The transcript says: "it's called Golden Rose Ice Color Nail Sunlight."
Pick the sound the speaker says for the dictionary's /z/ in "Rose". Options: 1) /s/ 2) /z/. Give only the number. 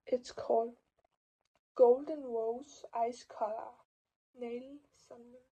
1